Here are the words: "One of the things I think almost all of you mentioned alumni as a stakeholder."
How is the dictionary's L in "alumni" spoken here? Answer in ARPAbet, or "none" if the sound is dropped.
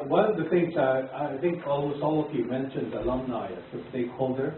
L